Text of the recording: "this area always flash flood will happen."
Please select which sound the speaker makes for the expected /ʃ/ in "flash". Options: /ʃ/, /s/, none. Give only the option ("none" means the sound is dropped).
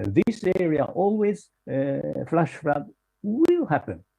/ʃ/